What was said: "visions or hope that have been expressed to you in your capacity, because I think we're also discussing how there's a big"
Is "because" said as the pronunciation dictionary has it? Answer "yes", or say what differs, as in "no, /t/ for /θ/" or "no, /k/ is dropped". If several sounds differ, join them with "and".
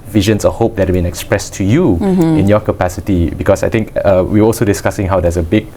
no, /s/ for /z/